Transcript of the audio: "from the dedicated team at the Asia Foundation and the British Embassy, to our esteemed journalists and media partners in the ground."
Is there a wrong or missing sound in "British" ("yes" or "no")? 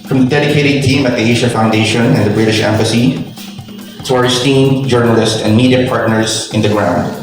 no